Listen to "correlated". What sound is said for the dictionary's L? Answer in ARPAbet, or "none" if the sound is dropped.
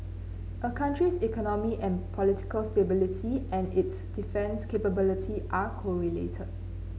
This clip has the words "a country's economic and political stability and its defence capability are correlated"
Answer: L